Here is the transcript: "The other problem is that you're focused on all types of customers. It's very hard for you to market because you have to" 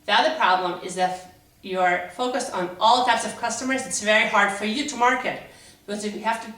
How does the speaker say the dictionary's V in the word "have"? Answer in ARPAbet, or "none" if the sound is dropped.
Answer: F